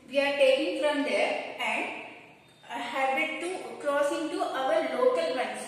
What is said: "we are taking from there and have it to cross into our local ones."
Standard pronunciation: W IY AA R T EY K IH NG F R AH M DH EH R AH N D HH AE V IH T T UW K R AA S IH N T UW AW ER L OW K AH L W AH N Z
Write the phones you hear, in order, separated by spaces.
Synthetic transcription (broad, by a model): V IY AA R T EY K IH NG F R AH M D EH R AH N D HH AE B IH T T UW K R AA S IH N T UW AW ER L OW K AH L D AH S